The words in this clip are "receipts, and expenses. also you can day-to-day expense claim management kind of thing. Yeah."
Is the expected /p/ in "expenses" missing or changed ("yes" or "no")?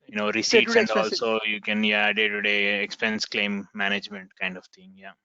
yes